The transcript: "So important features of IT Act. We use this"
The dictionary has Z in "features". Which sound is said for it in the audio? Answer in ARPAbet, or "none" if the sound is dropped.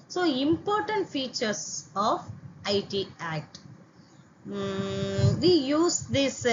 S